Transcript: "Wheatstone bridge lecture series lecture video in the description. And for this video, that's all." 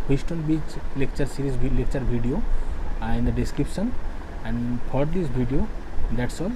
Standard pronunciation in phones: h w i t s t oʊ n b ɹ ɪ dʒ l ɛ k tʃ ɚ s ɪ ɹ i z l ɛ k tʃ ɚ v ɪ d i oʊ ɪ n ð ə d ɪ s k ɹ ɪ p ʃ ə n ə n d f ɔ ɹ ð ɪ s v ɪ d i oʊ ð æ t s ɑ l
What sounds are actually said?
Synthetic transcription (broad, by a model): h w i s t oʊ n b i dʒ l ɛ k tʃ ɚ s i ɹ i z l ɛ k tʃ ɚ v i d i oʊ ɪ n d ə d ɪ s k ɹ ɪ p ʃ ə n ə n d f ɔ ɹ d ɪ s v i d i oʊ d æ t s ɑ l